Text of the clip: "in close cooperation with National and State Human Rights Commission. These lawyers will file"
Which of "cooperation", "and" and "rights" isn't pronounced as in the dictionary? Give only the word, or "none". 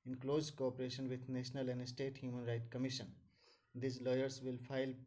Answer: rights